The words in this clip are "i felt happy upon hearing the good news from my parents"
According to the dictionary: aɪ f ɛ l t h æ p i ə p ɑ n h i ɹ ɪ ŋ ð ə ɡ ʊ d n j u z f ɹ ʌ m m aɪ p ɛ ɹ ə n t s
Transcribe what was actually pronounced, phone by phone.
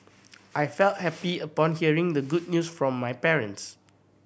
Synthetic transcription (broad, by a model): aɪ f ɛ l t h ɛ p i ə p ɑ n h i ɹ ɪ ŋ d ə ɡ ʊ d n j u s f ɹ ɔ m m aɪ p ɛ ɹ ə n t s